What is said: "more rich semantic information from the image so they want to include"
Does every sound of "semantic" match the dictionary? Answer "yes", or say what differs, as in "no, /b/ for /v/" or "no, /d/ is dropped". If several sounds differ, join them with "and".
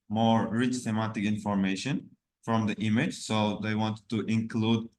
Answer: no, /θ/ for /s/ and /n/ is dropped